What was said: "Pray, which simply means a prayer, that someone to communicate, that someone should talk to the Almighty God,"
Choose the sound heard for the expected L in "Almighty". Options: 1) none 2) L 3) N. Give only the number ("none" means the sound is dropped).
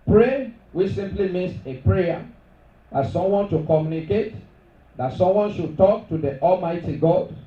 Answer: 2